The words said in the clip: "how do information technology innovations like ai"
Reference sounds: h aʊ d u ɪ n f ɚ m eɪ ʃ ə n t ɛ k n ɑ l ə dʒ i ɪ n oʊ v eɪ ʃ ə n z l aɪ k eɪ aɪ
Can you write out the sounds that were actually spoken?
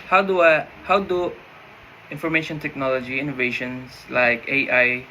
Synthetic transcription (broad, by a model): h aʊ d u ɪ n f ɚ m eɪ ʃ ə n t ɛ k n ɑ l ə dʒ i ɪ n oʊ v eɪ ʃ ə n s l aɪ k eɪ aɪ